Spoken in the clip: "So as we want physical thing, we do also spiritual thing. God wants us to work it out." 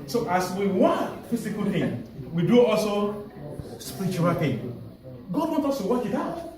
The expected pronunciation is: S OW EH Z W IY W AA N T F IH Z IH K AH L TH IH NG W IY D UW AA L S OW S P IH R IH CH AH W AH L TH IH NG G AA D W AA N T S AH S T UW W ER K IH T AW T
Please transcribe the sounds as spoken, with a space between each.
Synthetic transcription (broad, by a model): S OW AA S W IY W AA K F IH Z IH K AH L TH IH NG W IY D UW AA L S OW S P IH R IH CH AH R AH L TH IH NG G AA D W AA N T AO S T UW W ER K IH T AW T